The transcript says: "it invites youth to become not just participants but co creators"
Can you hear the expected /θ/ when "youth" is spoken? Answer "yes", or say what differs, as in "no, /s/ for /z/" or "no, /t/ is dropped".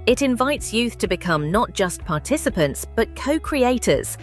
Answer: yes